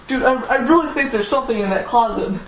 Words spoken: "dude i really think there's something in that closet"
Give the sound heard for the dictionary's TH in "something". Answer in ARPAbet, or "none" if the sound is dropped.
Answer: TH